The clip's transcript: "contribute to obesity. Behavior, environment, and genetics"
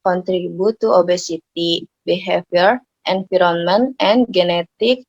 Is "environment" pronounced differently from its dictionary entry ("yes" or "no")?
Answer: yes